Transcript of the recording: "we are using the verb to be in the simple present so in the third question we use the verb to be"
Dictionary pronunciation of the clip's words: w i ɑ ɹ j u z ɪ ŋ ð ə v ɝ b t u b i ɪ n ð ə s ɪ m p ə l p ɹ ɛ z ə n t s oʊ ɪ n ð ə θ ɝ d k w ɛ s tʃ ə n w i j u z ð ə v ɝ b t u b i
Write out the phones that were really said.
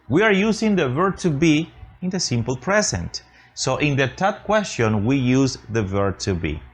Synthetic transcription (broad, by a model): w i ɑ ɹ j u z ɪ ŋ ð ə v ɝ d t u b i ɪ n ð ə s ɪ m p ə l p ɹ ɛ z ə n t s oʊ ɪ n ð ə t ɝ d k w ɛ s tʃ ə n w i j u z ð ə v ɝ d t u b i